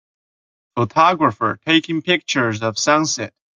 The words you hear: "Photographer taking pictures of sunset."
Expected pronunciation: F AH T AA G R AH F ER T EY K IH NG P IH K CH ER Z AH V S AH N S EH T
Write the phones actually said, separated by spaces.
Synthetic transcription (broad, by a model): F AH T AA G R AH F ER T EY K IH NG P IH K CH ER Z AH V S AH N S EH T